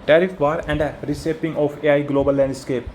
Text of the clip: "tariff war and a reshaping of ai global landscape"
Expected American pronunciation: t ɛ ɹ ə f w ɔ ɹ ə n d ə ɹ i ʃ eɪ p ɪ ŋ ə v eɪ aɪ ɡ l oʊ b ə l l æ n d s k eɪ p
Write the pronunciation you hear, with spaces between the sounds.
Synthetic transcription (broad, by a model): t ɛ ɹ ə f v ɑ ɹ ə n d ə ɹ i s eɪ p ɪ ŋ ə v eɪ aɪ ɡ l oʊ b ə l l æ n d s k eɪ p